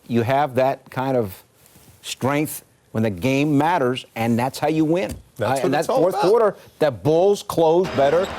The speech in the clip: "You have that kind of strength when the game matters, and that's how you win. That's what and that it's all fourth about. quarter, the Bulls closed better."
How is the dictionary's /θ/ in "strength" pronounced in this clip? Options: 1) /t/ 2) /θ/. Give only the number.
2